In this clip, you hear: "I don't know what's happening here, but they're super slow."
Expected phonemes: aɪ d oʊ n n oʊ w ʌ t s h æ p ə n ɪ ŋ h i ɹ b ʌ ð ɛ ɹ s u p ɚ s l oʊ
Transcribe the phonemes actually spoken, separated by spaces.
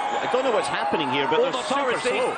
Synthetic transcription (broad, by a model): aɪ d oʊ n n oʊ w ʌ t s h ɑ p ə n ɪ ŋ h i ɹ b ʌ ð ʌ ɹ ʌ ɚ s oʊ